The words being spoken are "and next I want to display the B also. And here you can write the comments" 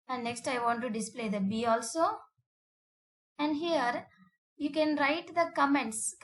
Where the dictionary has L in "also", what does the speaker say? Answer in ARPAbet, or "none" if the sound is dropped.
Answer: L